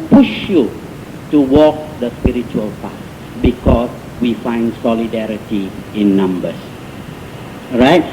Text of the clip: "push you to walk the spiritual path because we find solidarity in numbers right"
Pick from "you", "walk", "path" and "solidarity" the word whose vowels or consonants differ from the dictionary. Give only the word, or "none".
path